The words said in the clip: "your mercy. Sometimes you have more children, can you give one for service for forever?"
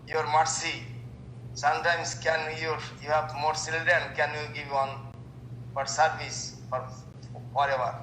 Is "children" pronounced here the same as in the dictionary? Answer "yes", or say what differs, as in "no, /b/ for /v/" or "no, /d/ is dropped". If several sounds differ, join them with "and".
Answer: no, /s/ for /tʃ/ and /ɹ/ is dropped